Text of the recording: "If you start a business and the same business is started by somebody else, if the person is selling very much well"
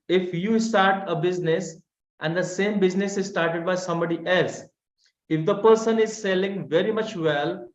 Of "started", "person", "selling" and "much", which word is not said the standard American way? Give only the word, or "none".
none